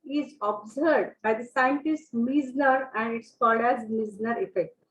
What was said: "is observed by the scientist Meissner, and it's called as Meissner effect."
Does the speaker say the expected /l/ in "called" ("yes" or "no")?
no